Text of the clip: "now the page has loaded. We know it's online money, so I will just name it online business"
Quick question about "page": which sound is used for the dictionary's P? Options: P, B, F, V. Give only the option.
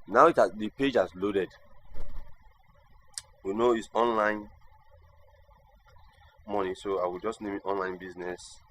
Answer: P